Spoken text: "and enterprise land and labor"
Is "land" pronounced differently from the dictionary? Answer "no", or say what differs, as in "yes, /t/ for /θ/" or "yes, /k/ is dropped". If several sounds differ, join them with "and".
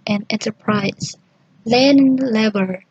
yes, /d/ is dropped